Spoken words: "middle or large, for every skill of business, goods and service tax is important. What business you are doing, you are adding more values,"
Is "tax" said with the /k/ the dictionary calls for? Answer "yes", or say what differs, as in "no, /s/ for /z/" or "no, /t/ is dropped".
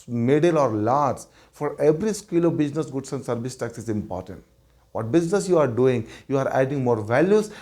yes